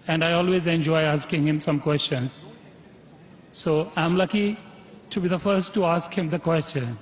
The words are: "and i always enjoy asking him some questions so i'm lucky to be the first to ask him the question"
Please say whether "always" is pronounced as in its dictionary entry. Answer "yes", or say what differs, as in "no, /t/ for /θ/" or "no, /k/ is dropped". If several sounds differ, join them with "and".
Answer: yes